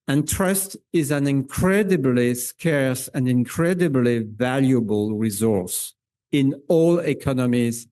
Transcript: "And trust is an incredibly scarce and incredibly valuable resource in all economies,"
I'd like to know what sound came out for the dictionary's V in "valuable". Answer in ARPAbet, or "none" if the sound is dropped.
V